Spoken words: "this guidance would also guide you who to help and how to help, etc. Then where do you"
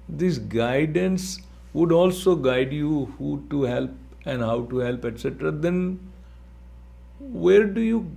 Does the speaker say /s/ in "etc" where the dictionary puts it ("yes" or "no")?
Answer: yes